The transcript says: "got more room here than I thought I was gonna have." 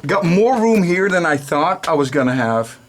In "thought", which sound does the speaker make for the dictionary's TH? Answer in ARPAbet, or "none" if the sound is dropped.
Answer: TH